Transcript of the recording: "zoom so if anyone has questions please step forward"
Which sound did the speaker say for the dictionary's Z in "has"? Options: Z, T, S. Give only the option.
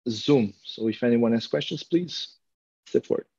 S